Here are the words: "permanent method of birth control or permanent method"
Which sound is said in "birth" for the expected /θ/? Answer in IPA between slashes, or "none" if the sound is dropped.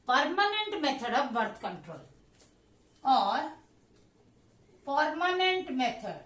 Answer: /t/